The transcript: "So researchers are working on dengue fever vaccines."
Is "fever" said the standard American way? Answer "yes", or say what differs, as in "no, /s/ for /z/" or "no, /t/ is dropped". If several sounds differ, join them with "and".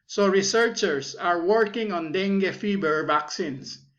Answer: no, /b/ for /v/